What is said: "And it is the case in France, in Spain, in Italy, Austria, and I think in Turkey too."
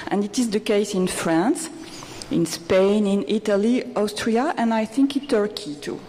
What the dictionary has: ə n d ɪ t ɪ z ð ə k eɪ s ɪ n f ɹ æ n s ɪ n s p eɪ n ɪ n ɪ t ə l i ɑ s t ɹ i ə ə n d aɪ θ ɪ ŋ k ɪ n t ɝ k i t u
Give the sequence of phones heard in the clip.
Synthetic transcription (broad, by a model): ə n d ɪ t ɪ z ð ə k eɪ s ɪ n f ɹ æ n s ɪ n s p eɪ n ɪ n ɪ t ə l i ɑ s t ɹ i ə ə n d aɪ θ ɪ ŋ k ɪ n t ɝ k i t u